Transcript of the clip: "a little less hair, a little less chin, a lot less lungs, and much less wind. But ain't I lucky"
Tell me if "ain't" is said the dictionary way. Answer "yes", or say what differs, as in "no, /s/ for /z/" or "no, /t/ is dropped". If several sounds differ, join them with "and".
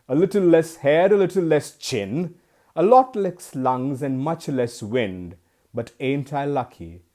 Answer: yes